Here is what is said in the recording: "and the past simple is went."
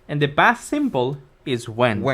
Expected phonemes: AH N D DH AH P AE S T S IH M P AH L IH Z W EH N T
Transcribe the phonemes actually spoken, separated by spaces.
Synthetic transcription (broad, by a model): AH N DH AH B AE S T S IH M B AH L IH Z W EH N